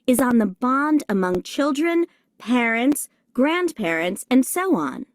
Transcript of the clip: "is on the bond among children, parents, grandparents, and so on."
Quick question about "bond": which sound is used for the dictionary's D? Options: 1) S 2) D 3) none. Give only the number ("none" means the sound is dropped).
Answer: 2